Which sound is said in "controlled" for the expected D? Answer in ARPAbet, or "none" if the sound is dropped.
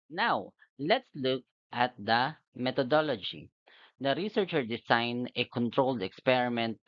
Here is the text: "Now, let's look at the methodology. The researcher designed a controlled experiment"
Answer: D